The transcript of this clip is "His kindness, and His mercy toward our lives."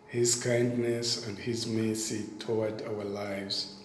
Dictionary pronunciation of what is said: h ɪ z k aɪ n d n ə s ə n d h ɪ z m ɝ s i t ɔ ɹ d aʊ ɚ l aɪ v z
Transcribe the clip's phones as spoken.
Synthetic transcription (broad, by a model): h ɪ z k aɪ n d n ə s ə n d h ɪ z m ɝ s i t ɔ w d aʊ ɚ l aɪ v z